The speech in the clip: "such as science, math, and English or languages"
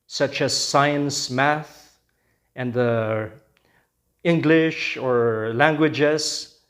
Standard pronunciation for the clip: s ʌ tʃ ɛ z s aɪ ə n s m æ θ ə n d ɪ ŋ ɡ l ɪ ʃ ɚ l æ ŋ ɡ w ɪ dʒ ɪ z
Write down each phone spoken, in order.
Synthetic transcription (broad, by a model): s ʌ tʃ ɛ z s aɪ ə n s m æ θ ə n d ɪ ŋ ɡ l ɪ ʃ ɚ l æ ŋ ɡ w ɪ dʒ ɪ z